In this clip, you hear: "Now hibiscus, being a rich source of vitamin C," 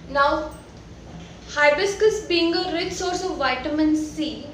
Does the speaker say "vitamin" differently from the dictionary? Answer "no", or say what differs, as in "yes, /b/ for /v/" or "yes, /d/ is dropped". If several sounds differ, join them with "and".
no